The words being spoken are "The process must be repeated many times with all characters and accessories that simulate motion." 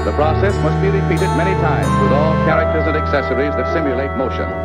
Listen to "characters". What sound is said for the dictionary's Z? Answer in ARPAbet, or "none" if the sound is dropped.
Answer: Z